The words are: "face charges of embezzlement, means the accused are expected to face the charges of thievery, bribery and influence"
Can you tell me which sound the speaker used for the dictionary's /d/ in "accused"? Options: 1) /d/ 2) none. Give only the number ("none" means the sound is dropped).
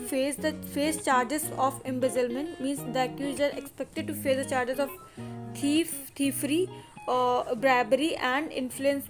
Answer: 2